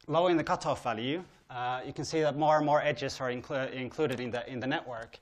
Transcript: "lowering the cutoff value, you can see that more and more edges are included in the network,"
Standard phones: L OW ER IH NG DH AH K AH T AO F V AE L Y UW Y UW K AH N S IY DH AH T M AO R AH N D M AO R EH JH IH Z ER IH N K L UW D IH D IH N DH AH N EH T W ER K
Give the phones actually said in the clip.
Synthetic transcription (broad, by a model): L OW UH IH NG DH AH K AH T AO F V AE L Y UW Y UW K AH N S IY DH AH T M AO R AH N M AO R EH JH IH Z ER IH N K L UW D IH D IH N DH AH N EH T W ER K